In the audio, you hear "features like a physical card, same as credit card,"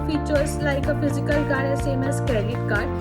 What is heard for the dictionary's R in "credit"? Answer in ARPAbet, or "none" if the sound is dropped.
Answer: none